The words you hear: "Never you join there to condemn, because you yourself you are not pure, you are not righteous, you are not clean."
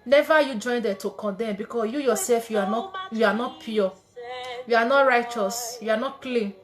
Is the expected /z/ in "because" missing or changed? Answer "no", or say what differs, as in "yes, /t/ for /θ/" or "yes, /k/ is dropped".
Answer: yes, /z/ is dropped